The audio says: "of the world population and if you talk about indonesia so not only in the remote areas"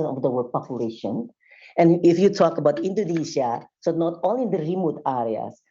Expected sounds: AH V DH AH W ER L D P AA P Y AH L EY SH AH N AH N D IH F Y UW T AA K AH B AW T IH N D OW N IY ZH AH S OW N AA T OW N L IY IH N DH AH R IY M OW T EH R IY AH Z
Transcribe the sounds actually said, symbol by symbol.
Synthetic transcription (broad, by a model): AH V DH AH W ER D P AA P Y AH L EY SH AH N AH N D IH F Y UW T AA K AH B AW T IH N D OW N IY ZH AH S OW N AA T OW L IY IH N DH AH R IY M OW T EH R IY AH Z